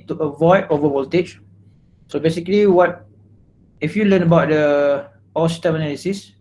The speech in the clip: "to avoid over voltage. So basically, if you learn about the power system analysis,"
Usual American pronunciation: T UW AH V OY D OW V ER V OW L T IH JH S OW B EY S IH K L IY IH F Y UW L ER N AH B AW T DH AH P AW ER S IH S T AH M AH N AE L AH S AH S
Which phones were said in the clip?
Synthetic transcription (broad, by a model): T UW AH V OY D OW V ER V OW L T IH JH S OW B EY S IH K L IY IH F Y UW L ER N AH B AW T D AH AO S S T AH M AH N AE L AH S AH S